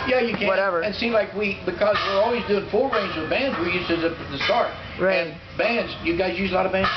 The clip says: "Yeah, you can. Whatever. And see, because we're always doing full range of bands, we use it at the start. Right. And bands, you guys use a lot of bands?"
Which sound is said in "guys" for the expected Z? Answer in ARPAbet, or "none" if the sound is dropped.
Z